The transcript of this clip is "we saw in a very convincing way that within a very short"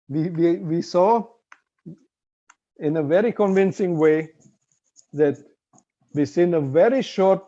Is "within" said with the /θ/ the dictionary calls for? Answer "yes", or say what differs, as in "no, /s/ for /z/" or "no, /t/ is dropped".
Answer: no, /s/ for /θ/